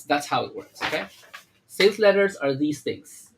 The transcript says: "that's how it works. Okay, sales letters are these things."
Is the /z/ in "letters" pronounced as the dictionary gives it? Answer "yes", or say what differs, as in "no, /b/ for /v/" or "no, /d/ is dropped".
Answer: yes